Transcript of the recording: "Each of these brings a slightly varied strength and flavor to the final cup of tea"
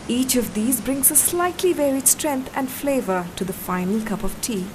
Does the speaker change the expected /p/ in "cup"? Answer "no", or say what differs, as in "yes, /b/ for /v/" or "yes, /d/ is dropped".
no